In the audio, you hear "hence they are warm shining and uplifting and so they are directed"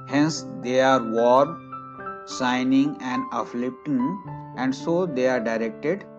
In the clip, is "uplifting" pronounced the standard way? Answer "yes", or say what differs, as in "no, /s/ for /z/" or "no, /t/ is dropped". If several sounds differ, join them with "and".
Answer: no, /f/ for /p/ and /p/ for /f/